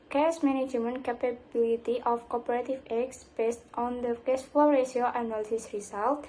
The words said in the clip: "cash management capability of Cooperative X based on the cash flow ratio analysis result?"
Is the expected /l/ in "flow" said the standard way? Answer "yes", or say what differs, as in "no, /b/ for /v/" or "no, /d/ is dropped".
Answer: no, /l/ is dropped